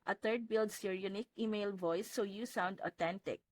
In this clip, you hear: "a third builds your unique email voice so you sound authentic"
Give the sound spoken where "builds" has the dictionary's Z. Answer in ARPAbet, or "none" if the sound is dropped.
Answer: S